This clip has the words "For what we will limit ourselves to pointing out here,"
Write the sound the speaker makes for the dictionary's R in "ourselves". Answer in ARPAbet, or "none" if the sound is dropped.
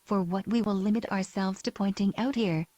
R